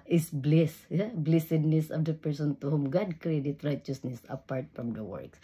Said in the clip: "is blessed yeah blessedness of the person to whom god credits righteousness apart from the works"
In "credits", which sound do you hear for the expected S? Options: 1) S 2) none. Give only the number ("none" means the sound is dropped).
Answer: 2